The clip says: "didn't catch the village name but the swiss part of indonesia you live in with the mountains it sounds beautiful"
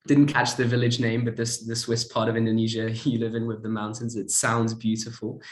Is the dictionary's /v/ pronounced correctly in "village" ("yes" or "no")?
yes